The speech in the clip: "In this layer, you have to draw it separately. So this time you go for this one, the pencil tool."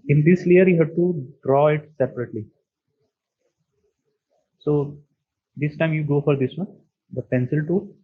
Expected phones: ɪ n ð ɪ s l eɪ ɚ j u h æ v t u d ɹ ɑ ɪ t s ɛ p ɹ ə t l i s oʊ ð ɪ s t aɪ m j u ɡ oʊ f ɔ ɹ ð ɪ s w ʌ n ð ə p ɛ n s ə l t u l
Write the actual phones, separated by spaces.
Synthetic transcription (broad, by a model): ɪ n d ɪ s l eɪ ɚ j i h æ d t u d ɹ ɑ ɪ t s ɛ p ɹ ə t l i s oʊ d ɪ s t aɪ m j u ɡ oʊ f ɔ ɹ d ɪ s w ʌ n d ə p ɛ n s ə l t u